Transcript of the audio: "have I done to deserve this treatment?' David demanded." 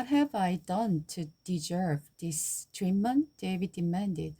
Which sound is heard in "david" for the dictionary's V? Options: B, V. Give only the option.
V